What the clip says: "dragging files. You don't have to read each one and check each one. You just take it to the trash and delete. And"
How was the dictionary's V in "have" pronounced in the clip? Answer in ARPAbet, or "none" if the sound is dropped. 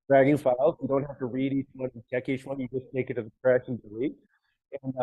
F